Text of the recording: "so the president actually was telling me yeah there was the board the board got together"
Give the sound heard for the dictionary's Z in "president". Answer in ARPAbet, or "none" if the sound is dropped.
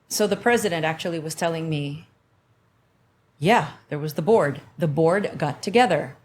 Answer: Z